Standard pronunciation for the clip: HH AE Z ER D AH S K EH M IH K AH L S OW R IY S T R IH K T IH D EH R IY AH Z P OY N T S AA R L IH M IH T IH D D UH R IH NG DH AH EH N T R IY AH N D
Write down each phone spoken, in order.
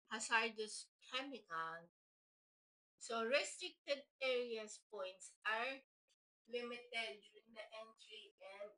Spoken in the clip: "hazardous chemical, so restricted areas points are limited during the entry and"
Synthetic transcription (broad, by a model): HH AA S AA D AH S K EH M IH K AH N S OW R IY S T R IH K T IH D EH R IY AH S P OY N T S AA R L IH M IH T IH D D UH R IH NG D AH EH N T R IY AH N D